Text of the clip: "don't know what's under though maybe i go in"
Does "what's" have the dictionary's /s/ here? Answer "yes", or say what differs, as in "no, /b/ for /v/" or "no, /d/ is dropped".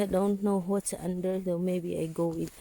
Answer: no, /s/ is dropped